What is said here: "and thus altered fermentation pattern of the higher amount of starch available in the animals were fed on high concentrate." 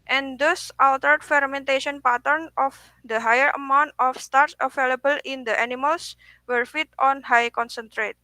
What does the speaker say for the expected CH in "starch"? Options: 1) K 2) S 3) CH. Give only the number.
2